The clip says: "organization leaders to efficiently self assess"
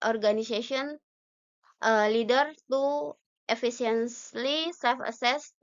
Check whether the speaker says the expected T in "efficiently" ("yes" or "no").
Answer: no